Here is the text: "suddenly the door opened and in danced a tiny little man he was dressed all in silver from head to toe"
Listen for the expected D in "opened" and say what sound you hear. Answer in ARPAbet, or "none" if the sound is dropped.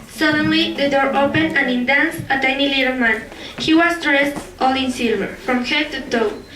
none